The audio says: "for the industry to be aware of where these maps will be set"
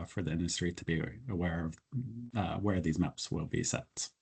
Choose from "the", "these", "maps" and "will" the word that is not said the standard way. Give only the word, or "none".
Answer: none